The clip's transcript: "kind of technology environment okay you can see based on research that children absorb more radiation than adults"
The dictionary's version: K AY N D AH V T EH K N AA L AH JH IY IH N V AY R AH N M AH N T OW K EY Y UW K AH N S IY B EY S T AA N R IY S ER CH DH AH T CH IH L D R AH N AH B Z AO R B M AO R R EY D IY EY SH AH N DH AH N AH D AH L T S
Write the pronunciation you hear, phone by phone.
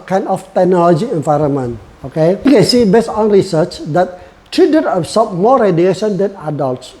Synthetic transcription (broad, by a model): K AY N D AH F T EH K N AA L AH JH IY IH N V AY R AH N M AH N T OW K EY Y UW K AH N S IY B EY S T AA N R IY S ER CH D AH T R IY D AH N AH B S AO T M AO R R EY D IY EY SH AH N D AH N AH D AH L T S